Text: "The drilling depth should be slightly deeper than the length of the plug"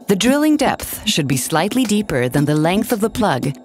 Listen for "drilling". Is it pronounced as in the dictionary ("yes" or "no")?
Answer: yes